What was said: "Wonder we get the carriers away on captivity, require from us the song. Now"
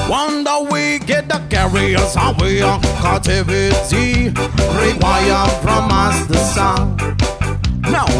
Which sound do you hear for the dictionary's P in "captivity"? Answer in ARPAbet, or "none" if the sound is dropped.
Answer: none